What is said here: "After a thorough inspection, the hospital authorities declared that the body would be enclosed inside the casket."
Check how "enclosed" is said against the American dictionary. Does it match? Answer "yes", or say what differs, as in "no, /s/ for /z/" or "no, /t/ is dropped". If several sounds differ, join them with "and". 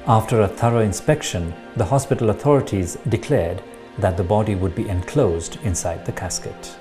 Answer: yes